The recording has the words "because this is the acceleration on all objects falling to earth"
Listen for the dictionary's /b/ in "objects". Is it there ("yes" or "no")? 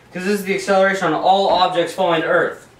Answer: yes